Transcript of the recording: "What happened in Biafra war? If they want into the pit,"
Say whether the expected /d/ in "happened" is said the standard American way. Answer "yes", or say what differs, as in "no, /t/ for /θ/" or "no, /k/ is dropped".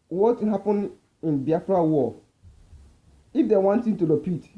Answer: no, /d/ is dropped